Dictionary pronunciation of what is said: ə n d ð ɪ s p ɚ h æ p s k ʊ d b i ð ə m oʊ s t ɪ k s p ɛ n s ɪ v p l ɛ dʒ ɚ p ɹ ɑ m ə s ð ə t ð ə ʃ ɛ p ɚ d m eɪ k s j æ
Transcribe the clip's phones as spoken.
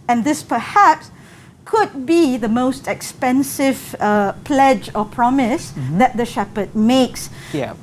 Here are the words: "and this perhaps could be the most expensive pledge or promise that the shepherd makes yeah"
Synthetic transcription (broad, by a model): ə n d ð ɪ s p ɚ h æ p s k ʊ d b i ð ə m oʊ s t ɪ k s p ɛ n s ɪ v p l ɛ dʒ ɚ p ɹ ɑ m ə s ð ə t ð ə ʃ ɛ p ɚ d m eɪ k s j